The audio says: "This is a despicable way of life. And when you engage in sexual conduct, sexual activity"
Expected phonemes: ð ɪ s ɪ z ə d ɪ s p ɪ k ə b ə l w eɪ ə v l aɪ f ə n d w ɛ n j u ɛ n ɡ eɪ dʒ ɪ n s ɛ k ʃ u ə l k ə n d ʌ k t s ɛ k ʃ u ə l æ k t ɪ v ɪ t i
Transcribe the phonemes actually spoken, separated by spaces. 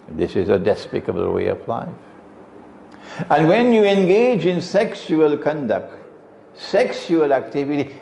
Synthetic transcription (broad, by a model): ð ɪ s ɪ z ə d ɪ s p ɪ k ə b ə l w eɪ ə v l aɪ f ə n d w ɛ n j u ɛ n ɡ eɪ dʒ ɪ n s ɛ k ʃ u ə l k ə n d ʌ k t s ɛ k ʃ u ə l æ k t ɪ v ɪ t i